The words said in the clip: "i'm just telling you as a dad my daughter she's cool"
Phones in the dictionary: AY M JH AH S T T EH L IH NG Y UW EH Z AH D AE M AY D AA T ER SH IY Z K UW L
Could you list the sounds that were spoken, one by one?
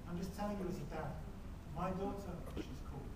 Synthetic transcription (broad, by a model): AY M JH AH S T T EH N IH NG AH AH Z AH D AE M AY D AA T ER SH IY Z K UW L